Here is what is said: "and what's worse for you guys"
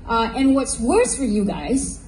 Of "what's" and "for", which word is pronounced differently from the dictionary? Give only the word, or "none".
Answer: none